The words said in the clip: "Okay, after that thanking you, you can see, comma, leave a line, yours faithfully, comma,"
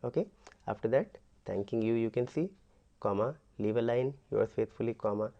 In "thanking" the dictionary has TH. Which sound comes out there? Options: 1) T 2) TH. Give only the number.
1